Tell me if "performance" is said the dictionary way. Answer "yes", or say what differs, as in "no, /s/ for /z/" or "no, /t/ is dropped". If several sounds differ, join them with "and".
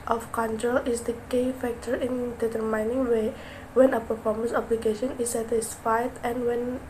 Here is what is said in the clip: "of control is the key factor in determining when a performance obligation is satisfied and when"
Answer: yes